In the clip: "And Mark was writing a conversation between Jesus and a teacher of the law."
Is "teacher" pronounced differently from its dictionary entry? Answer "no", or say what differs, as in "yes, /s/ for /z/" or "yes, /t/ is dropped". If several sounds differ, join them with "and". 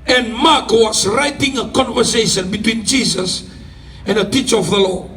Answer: no